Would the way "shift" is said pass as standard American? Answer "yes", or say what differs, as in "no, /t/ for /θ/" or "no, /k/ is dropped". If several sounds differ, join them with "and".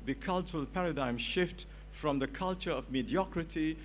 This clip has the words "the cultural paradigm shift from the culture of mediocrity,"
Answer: yes